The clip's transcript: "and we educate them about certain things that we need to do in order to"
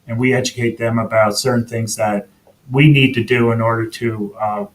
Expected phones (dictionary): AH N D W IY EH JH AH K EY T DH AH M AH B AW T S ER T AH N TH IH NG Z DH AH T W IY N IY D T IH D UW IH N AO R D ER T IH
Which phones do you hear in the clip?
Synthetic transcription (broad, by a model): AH N W IY EH JH AH K EY T DH AH M AH B AW T S ER T N TH IH NG Z DH AH T W IY N IY D T IH D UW IH N AO R D ER T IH